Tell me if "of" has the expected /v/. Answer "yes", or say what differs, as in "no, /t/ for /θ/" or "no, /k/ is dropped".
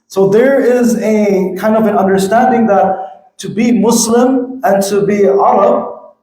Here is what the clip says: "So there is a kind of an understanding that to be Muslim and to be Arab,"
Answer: yes